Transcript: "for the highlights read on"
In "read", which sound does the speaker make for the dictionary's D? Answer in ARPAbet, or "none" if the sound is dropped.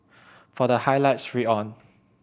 none